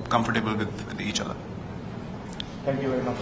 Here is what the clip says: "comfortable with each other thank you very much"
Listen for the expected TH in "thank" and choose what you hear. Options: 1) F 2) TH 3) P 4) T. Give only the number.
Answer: 4